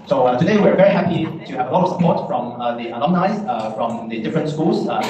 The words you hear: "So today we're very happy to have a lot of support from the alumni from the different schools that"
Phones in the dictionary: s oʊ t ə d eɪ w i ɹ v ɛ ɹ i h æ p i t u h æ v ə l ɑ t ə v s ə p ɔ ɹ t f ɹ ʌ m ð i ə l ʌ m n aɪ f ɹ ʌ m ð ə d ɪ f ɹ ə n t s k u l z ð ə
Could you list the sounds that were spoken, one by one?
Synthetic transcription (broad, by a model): s oʊ t ə d eɪ w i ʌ v ɛ ɹ i h æ p i t u h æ v ə l ɑ t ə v s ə p ɔ t f ɹ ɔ m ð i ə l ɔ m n aɪ f ɹ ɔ m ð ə d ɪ f ɹ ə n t s k u l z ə